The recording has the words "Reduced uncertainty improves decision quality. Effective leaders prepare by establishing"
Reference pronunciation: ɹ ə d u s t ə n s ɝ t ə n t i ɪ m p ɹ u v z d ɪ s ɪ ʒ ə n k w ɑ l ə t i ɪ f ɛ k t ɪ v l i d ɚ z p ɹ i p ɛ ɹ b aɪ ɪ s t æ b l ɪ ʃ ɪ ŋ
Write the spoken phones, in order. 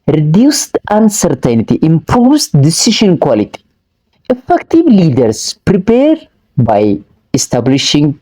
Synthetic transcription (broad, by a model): ɹ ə d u s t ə n s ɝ t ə n t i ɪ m p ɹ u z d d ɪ s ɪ ʃ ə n k w ɑ l ə t i ɪ f ɛ k t ɪ v l i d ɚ s p ɹ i p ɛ ɹ b aɪ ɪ s t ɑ b l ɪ ʃ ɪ ŋ